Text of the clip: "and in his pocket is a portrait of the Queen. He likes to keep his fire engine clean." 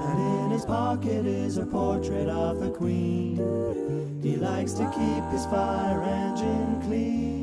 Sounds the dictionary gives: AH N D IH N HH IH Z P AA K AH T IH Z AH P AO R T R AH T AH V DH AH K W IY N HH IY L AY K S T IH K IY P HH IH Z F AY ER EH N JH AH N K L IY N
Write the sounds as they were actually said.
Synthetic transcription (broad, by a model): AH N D IH N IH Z P AA K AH T IH Z AH P AO R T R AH T AH V DH AH K W IY N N IY L AY K S T IH K IY P HH IH Z F AY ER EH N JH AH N K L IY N